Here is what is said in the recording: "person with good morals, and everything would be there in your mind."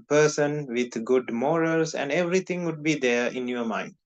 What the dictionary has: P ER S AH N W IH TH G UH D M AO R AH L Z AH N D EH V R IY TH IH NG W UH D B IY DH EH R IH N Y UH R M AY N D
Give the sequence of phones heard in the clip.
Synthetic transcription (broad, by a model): P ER S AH N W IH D G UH D M AO R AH L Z AH N D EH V R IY T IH NG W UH D B IY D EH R IH N Y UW M AY N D